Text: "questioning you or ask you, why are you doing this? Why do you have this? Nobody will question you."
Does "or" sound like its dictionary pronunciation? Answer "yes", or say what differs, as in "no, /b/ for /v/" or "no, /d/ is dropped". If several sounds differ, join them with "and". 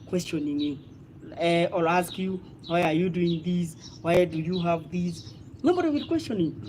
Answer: no, /l/ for /ɹ/